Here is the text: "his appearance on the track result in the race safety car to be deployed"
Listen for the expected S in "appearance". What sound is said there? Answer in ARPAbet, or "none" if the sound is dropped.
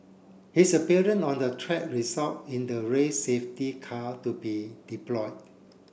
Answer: none